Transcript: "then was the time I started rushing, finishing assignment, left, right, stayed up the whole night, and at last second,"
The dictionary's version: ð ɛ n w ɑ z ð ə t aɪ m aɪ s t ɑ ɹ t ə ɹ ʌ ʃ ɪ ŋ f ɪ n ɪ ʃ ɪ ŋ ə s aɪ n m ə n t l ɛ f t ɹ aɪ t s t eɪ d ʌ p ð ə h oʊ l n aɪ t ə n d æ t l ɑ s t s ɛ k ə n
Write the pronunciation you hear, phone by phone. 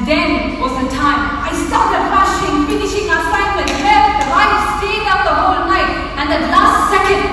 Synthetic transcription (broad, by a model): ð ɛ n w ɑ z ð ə t aɪ m aɪ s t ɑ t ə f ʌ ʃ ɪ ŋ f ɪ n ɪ ʃ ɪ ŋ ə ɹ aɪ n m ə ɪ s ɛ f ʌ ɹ aɪ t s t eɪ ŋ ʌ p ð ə h oʊ l n aɪ t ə n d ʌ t l ɑ s t s ɛ k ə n